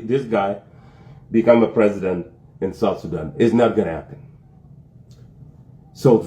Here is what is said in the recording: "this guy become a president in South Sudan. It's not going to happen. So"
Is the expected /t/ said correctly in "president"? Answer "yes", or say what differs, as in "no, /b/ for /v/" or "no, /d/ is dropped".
yes